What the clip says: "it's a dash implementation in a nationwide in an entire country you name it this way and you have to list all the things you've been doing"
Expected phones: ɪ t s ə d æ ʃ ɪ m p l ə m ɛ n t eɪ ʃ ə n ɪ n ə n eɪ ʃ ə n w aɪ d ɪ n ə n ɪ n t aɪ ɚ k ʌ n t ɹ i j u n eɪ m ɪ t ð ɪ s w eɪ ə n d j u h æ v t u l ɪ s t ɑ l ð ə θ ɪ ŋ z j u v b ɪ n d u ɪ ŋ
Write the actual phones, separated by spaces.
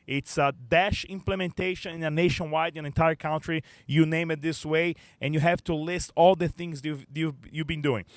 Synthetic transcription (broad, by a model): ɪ t s ə d æ ʃ ɪ m p l ə m ɛ n t eɪ ʃ ə n ɪ n ə n eɪ ʃ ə n w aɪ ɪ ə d ɪ n t aɪ ɚ k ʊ n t ɹ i j u n eɪ m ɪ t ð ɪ s w eɪ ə n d j u h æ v t u l ɪ s t ɑ l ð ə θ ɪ ŋ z j u v b ɪ n d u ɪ ŋ